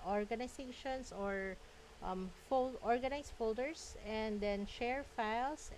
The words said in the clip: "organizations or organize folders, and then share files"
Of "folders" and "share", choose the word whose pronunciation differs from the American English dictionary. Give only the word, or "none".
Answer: folders